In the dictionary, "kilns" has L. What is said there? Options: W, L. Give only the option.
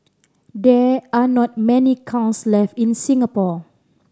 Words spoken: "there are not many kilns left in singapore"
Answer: W